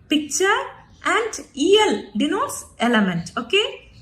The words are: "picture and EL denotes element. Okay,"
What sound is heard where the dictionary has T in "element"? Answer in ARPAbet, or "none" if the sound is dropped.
T